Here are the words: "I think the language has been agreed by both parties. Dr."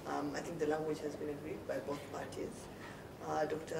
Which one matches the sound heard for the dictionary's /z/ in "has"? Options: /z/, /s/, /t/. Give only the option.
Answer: /z/